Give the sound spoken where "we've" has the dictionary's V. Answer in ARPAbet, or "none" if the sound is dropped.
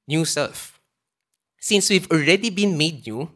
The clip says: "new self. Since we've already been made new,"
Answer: V